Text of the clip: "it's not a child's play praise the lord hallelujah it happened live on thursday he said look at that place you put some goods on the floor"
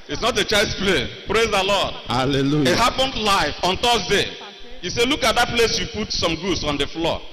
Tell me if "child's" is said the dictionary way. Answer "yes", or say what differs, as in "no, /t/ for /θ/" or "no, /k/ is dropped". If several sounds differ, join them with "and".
no, /l/ is dropped